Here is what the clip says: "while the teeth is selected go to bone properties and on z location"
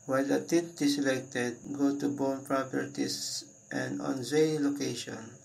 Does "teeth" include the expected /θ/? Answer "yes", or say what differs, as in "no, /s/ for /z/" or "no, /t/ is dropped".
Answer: no, /t/ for /θ/